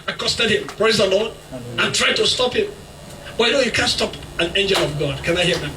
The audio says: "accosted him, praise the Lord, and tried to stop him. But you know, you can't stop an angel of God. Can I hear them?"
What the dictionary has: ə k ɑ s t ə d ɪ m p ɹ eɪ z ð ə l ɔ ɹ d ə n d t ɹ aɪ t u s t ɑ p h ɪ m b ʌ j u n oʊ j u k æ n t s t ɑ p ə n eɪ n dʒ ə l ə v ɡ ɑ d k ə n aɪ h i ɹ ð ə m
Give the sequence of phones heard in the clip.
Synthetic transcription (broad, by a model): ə k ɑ s t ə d ɪ m p ɹ eɪ z ð ə l ɔ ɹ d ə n t ɹ aɪ t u s t ɑ p h ɪ m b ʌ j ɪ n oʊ j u k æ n s t ɑ p ə n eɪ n dʒ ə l ə v ɡ ɑ d k ə n aɪ h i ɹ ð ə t